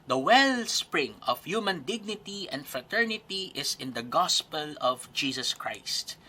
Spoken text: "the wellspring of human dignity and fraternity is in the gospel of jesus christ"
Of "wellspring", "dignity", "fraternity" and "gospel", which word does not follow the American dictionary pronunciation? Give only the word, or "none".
none